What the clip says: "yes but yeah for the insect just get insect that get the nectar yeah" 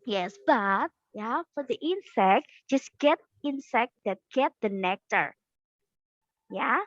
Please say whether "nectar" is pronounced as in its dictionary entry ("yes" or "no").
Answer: yes